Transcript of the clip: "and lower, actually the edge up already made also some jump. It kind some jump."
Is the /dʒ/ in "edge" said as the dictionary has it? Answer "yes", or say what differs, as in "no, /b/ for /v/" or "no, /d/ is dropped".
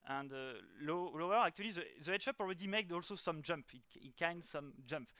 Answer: no, /ʃ/ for /dʒ/